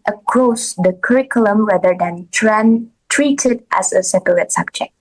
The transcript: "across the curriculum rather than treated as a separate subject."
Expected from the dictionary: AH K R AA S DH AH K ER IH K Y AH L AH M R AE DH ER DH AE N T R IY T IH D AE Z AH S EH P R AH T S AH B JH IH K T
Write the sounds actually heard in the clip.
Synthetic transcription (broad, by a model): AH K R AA S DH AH K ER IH K Y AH L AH M R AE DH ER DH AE N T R IY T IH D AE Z AH S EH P L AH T S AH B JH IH K T